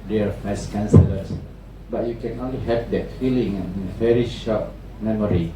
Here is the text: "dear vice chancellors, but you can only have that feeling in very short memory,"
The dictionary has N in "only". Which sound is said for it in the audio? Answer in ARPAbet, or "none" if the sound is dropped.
N